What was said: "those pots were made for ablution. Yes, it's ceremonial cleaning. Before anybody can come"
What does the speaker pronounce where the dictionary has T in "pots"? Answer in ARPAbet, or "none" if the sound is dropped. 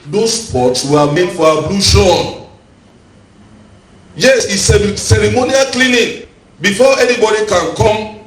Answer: T